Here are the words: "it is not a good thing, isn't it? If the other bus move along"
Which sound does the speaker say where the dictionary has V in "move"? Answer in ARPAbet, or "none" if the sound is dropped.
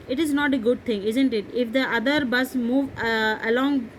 V